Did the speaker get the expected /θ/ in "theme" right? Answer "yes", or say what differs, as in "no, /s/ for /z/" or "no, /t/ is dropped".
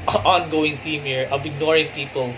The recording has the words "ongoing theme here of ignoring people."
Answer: no, /t/ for /θ/